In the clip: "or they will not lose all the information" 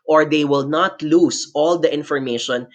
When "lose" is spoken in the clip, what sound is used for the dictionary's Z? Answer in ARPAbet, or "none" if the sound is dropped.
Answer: S